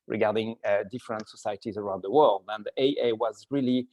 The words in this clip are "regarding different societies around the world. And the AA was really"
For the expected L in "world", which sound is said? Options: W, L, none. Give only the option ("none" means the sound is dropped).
L